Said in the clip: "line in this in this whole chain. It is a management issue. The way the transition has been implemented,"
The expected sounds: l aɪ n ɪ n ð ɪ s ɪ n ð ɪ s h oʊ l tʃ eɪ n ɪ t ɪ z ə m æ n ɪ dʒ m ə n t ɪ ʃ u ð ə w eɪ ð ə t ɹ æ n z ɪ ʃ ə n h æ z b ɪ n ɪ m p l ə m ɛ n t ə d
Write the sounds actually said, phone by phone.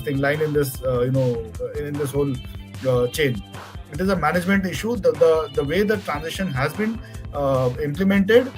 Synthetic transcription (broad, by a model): l aɪ n ɪ n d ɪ s ɪ n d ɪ s h oʊ l tʃ eɪ n ɪ t ɪ z ə m æ n ɪ dʒ m ə n t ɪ ʃ u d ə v eɪ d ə t ɹ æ n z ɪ ʃ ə n h æ z b ɪ n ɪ m p l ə m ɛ n t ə d